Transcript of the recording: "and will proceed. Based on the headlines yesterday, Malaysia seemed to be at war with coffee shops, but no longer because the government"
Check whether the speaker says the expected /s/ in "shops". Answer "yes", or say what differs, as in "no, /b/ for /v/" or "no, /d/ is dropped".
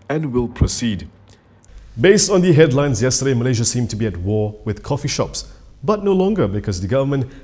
yes